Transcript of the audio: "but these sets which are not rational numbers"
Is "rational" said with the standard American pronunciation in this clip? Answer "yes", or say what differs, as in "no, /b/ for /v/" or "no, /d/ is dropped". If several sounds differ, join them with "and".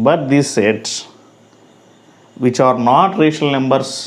no, /n/ is dropped